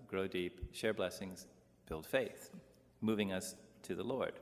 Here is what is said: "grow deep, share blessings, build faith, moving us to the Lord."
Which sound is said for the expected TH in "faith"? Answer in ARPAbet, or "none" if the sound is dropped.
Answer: TH